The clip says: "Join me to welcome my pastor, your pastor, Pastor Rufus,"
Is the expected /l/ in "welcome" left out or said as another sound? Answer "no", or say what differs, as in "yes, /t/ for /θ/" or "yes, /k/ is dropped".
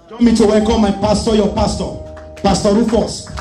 yes, /l/ is dropped